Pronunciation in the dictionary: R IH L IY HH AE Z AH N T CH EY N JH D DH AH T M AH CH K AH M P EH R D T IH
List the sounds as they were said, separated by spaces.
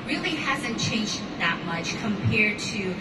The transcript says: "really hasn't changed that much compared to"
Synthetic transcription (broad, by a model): R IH L IY HH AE Z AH N CH EY N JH DH AH T M AH CH K AH M P EH R D T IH